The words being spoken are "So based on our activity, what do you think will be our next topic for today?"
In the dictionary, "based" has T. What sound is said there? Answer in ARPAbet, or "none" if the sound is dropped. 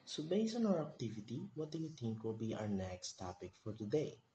none